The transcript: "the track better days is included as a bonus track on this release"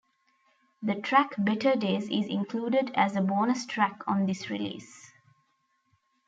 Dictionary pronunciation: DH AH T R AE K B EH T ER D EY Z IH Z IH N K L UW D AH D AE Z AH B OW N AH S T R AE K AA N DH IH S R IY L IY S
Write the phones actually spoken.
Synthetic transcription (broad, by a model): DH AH T R AE K B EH T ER D EY Z IH Z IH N K L UW D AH D AE Z AH B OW N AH S T R AE K AA N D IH S R IY L IY S